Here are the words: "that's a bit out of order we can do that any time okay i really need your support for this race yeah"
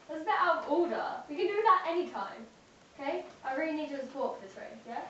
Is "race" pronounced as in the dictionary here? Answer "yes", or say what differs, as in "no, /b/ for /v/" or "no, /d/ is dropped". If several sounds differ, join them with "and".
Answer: no, /s/ is dropped